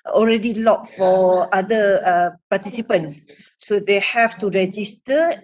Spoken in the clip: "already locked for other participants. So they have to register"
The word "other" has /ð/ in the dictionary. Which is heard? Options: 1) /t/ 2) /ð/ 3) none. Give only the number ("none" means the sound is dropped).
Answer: 3